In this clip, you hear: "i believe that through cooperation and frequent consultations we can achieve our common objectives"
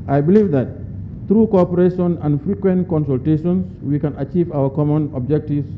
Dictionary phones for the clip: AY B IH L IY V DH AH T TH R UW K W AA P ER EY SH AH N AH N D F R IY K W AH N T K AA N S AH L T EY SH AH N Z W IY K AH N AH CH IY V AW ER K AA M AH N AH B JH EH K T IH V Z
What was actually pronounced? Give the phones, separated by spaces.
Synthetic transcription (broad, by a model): AY B IH L IY V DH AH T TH R UW K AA P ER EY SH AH N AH N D F R IY K W AH N T K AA N S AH L T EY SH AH N S W IY K AH N AH CH IY V AW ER K AA M AH N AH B JH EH K T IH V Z